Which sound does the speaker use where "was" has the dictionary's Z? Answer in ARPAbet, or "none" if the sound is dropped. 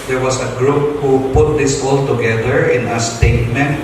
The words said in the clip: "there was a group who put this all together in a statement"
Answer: S